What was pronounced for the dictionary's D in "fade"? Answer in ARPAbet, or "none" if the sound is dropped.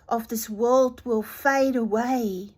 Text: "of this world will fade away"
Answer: D